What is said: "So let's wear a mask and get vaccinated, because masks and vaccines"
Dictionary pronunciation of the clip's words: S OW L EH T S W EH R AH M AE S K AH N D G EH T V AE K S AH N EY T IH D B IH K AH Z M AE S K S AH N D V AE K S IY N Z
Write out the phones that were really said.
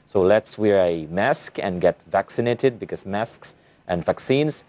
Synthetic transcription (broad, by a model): S OW L EH T S W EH R AH M AE S K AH N G EH T V AE K S AH N EY T IH D B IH K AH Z M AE S K S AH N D V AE K S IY N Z